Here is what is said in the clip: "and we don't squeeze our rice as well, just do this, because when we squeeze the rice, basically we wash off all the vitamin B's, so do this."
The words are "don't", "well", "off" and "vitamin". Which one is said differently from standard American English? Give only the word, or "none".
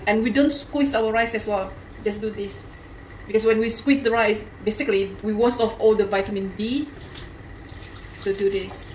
none